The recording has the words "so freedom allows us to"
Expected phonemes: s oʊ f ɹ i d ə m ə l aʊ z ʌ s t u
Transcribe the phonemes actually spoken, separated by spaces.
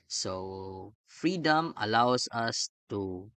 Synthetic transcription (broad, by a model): s oʊ f ɹ i d ə m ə l aʊ s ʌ s t u